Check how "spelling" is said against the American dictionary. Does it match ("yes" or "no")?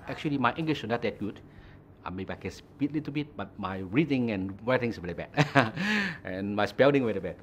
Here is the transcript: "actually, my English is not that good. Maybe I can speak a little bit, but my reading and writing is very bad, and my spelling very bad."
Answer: no